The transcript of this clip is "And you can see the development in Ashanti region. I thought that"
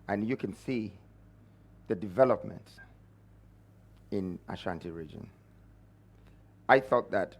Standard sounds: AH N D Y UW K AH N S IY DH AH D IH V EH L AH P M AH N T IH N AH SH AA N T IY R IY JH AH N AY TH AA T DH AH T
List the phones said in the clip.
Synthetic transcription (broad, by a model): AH N Y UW K AH N S IY DH AH D IH V EH L AH P M AH N T IH N AH SH AA N T IY R IY JH AH N AY TH AA T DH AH T